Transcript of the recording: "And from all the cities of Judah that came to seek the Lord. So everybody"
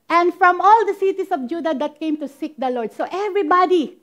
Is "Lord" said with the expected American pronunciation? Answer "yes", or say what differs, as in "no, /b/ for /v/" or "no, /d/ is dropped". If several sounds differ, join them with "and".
yes